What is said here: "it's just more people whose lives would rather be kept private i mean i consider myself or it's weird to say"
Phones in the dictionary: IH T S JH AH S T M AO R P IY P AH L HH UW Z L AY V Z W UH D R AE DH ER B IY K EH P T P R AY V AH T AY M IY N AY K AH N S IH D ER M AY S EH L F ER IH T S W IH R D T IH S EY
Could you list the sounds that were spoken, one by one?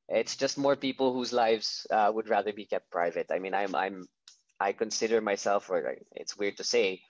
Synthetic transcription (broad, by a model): IH T S JH AH S T M AO R P IY P L HH UW Z L AY V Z W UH D R AE DH ER B IY K EH P T P R AY V AH T AY M IY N AY K AH N S IH D ER M AY S EH L F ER IH T S W IH R D T IH S EY